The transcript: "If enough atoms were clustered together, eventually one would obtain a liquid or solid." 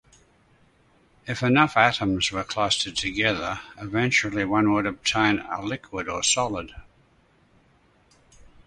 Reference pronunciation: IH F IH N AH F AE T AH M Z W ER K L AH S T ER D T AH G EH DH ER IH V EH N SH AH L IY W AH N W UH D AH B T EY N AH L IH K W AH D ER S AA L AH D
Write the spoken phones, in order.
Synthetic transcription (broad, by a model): IH F IH N AH F AE T AH M Z W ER K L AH S T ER D T AH G EH DH ER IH V EH N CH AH L IY W AH N W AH D AH B T EY N AH L IH K W AH D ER S AA L AH D